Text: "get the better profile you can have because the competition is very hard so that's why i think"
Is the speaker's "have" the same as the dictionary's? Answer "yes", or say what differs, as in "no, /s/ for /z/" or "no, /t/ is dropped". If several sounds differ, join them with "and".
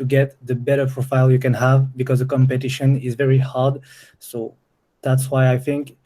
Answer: yes